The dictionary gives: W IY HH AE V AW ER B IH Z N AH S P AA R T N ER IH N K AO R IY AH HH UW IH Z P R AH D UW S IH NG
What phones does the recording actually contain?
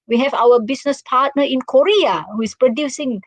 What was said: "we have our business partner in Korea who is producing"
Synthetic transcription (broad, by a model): W IY HH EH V AW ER B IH S N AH S P AA T N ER IH N K AO R IY AH HH UW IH S P R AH D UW S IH NG